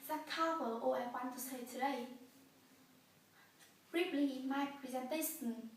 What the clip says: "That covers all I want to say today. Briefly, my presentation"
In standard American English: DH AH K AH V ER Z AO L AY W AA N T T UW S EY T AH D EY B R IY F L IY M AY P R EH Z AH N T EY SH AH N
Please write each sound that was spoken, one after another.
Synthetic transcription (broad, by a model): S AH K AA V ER AO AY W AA N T T UW S EY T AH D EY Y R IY P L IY M AY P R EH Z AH N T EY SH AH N